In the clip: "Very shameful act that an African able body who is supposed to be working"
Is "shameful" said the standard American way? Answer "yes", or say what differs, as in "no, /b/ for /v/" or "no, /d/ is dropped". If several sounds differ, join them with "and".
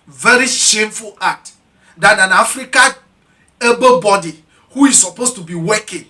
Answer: yes